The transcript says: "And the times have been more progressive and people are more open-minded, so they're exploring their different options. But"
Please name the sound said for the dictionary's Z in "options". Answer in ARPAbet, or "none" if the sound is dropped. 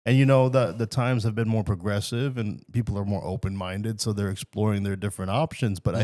Z